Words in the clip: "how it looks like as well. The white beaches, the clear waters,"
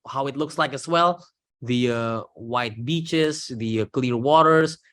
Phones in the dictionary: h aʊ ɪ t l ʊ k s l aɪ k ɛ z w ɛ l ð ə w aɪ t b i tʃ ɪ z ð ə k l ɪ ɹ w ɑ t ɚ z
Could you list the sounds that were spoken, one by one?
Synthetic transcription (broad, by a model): h aʊ ɪ t l ʊ k s l aɪ k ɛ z w ɛ l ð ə w aɪ t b i tʃ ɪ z ð ə k l ɪ ɹ w ɑ t ɚ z